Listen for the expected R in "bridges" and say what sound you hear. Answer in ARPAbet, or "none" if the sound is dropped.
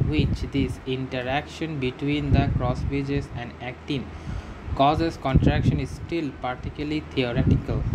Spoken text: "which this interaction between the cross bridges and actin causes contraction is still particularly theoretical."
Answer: none